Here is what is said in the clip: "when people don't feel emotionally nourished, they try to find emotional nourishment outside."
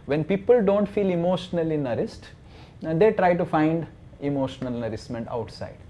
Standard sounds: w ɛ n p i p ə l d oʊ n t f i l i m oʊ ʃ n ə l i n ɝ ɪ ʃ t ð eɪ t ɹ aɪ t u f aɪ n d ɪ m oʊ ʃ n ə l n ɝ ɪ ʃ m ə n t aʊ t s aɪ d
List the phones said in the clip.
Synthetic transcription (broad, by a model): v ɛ n p i p ə l d oʊ n t f i l i m oʊ ʃ n ə l i n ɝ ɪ s t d eɪ t ɹ aɪ t u f aɪ n d ɪ m oʊ ʃ n ə l n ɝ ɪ s m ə n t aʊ t s aɪ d